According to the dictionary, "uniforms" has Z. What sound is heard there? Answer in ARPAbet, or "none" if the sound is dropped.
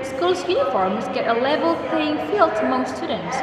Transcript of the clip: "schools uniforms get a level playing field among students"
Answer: Z